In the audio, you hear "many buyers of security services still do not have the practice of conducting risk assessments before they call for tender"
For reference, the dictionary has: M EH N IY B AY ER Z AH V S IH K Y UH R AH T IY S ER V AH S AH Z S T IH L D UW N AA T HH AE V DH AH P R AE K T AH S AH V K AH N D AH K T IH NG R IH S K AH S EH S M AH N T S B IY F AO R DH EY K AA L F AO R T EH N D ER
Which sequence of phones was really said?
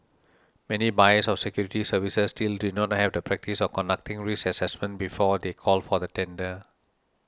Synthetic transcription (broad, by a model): M EH N IY B AY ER S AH F S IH K Y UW R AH T IY S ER V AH S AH S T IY L D UW N AA T HH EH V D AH P R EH K T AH S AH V K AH N D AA K T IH NG R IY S AH S EH S M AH N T B IY F AO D EY K AA L F AO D T EH N D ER